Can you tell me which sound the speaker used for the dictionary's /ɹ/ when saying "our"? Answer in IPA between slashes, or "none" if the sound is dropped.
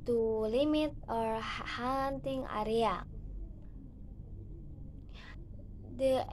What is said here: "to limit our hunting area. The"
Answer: /ɹ/